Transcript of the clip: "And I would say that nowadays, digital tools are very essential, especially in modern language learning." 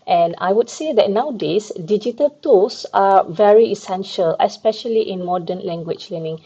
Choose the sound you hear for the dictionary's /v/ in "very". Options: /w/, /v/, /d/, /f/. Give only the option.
/v/